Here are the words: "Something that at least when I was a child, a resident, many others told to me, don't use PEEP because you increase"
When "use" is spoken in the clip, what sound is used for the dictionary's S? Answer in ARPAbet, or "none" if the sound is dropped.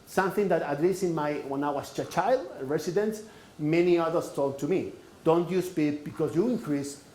S